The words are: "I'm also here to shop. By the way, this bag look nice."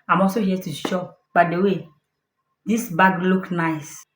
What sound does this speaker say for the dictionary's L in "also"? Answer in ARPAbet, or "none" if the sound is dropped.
none